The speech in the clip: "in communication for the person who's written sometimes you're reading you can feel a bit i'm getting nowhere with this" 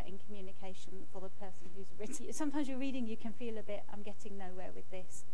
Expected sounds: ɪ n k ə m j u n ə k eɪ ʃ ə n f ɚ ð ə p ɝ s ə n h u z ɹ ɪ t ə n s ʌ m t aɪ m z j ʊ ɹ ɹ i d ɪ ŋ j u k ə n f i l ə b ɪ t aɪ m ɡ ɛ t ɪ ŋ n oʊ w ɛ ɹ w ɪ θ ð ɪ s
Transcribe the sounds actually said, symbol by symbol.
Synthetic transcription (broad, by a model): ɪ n k ə m j u n ə k eɪ ʃ ə n f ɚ ð ə p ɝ s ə n h u z ɹ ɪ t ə s ʌ m t aɪ m z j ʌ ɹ ɹ i d ɪ ŋ j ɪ k ə n f i l ə b ɪ t aɪ m ɡ ɛ t ɪ ŋ n oʊ w ɛ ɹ w ɪ ð ɪ s